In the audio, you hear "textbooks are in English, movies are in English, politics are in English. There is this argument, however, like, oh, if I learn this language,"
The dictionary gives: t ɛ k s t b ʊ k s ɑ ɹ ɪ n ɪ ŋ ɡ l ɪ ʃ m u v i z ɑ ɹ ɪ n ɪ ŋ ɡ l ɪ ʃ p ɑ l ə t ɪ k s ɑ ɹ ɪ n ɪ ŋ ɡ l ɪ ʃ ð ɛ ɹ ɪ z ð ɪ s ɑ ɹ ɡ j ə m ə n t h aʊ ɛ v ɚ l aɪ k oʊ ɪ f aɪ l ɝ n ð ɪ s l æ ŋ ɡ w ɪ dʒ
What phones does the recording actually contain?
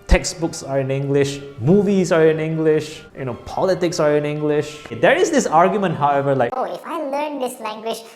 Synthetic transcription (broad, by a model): t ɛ k s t b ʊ k s ɑ ɹ ɪ n ɪ ŋ ɡ l ɪ ʃ m u v i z ɑ ɹ ɪ n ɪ ŋ ɡ l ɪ ʃ p ɑ l ə t ɪ k s ɑ ɹ ɪ n ɪ ŋ ɡ l ɪ ʃ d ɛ ɹ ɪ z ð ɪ s ɑ ɹ ɡ j ə m ə n t h aʊ ɛ v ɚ l aɪ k oʊ ɪ f aɪ l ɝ n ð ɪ s l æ ŋ ɡ w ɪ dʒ